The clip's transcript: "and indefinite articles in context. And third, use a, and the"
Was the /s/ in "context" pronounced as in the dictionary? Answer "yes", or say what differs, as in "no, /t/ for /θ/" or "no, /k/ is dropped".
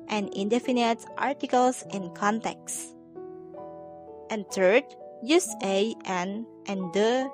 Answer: yes